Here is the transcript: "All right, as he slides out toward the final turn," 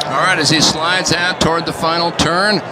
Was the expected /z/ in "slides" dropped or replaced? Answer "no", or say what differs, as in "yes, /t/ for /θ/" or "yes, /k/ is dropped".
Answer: no